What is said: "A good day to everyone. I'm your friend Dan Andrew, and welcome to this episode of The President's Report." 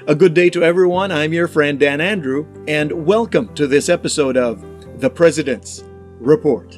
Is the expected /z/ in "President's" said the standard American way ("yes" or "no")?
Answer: yes